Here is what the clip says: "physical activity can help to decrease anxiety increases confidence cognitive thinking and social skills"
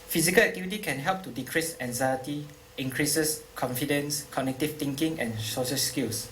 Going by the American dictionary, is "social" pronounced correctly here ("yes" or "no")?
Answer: no